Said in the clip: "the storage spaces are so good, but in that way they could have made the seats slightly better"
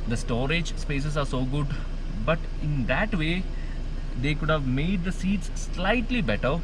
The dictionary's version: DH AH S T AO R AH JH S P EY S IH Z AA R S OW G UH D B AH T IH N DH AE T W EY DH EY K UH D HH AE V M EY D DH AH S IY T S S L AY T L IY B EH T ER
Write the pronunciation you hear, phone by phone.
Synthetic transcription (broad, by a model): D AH S T AO R AH JH S P EY S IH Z AA R S OW G UH D B AH T IH N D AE T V EY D EY K UH D HH AE V M EY D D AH S IY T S S L AY T L IY B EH T ER